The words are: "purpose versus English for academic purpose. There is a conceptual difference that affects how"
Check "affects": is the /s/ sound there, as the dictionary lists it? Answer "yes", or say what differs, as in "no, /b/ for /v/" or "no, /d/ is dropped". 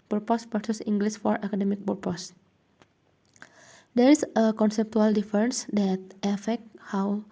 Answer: no, /s/ is dropped